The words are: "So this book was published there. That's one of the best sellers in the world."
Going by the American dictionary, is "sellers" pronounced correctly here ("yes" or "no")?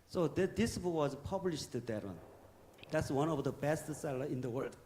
no